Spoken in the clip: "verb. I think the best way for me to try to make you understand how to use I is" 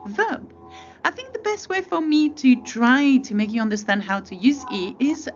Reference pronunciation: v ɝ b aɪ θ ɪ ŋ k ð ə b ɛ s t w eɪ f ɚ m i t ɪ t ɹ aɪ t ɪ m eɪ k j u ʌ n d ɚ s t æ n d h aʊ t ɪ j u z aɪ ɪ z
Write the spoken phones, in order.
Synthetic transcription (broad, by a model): v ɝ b aɪ θ ɪ ŋ k ð ə b ɛ s t w eɪ f ɚ m i t ɪ t ɹ aɪ t ɪ m eɪ k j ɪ ʌ n d ɚ s t æ n d h aʊ t ɪ j u z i ɪ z